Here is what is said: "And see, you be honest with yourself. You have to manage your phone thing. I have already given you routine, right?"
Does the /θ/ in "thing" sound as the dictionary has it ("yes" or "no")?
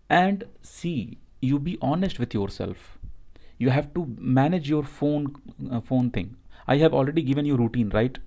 no